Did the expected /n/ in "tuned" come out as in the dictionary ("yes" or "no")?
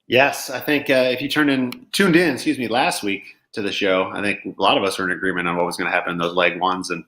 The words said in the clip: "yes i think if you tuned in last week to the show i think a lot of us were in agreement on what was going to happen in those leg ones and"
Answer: yes